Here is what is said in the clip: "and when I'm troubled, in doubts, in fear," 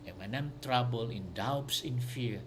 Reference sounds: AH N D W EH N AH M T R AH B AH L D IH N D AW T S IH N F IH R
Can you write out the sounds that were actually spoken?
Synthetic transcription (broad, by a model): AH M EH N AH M T R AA B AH L IH N D AW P S IH N F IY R